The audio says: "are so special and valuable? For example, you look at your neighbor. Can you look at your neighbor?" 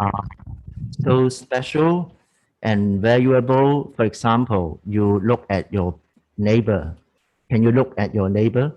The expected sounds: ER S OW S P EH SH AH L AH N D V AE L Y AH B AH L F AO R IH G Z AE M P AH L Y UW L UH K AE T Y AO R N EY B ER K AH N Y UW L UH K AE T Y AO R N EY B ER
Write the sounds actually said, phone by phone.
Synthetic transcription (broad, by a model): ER S OW S P EH SH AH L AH N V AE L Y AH B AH L F AO R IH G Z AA M P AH L Y UW L UH K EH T Y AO N EY B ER K AH N Y UW L UH K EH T Y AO N EY B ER